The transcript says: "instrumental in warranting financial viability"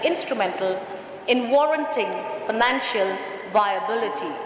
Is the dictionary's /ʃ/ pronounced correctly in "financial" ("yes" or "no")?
yes